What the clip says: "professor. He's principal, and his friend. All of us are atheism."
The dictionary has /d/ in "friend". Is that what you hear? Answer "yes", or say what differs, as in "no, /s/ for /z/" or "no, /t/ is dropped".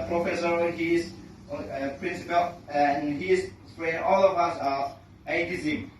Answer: no, /d/ is dropped